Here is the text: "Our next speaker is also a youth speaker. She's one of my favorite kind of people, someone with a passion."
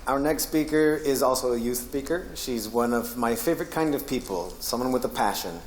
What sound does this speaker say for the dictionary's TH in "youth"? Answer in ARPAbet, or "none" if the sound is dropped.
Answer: TH